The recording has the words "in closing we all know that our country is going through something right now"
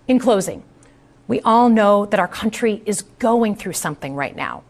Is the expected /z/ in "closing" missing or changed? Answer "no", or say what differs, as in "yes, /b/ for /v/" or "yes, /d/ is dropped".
no